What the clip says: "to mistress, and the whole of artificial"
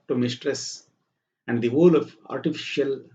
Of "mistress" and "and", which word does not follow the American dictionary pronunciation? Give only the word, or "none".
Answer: none